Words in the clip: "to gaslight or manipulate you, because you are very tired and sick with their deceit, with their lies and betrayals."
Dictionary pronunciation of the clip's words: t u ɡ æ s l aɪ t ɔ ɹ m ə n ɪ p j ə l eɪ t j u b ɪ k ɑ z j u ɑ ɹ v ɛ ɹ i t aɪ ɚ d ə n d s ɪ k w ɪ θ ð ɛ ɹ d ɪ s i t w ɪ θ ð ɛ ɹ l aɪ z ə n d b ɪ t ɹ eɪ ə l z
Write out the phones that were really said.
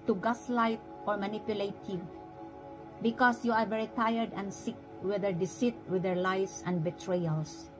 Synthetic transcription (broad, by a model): t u ɡ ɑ s l aɪ t ɔ ɹ m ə n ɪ p j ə l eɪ t j u b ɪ k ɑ s j u ɑ ɹ v ɛ ɹ i t aɪ ɚ d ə n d s ɪ k w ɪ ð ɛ ɹ d ɪ s i t w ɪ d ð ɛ ɹ l aɪ s ə n d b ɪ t ɹ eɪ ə l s